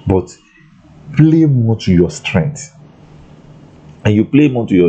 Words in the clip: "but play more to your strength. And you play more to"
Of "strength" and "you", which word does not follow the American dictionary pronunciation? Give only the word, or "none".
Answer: strength